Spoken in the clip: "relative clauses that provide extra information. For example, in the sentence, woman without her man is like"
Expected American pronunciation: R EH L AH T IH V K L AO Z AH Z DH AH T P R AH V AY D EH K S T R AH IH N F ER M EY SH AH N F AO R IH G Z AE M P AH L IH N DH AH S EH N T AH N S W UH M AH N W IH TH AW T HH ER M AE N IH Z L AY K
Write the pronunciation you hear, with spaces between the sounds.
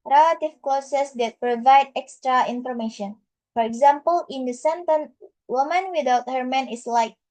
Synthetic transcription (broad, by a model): R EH L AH T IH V K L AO S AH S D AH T P R AH V AY D EH K S T R AH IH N F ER M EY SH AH N F AO R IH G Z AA M P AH L IH N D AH S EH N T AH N W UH M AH N W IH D AW T HH ER M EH N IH S L AY K